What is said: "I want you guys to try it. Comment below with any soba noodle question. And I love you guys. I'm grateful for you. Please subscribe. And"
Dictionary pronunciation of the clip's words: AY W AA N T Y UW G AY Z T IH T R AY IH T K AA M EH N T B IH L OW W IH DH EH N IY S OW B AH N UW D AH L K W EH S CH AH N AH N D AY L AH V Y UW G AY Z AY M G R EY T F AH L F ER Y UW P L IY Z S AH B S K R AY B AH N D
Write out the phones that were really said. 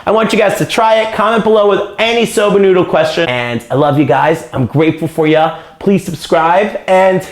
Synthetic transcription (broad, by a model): AY W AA N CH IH G AY Z T IH T R AY IH T K AA M EH N T B IH L OW W IH DH EH N IY S OW B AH N UW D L K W EH S CH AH AH N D AY L AH V Y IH G AY Z AY M G R EY T F L F ER Y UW P L IY Z S AH B S K R AY B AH N